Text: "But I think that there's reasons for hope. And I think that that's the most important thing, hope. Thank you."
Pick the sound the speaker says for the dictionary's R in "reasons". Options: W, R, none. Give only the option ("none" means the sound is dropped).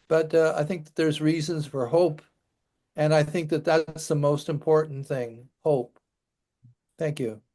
R